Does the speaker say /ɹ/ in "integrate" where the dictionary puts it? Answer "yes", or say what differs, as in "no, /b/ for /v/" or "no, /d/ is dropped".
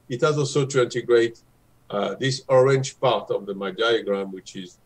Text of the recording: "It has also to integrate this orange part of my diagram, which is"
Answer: yes